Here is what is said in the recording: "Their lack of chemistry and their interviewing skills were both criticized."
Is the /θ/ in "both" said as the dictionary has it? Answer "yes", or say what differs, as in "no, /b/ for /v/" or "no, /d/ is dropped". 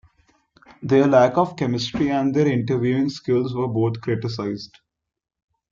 no, /t/ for /θ/